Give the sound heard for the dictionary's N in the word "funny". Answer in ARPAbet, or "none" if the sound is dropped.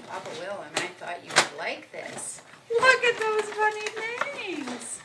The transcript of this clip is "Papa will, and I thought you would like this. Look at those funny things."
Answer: N